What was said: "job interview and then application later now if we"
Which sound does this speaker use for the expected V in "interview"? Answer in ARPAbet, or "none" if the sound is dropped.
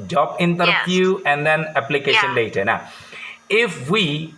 P